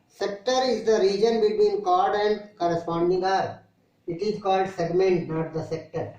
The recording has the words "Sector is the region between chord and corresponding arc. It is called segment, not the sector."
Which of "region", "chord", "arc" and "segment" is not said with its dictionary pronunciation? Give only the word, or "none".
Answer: arc